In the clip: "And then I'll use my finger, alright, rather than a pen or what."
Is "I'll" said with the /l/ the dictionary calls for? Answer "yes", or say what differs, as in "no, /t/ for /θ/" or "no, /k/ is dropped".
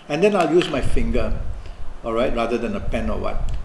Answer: yes